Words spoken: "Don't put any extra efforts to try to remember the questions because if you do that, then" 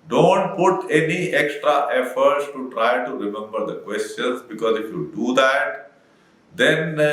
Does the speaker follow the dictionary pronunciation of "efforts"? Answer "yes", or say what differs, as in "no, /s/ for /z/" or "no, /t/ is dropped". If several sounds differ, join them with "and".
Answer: yes